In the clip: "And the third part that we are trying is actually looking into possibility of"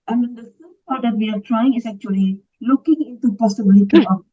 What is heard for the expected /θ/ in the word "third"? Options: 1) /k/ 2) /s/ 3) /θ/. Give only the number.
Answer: 2